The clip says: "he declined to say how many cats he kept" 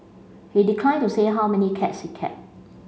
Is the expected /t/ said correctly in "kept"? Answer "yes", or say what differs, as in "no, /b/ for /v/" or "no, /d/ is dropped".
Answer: no, /t/ is dropped